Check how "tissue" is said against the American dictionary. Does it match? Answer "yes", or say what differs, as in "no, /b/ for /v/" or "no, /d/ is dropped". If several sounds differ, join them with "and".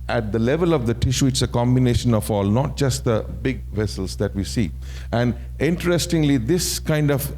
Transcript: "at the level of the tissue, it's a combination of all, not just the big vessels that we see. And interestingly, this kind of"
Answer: yes